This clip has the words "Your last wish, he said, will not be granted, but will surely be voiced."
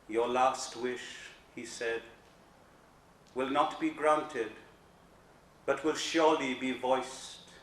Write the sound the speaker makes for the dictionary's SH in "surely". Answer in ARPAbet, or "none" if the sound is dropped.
SH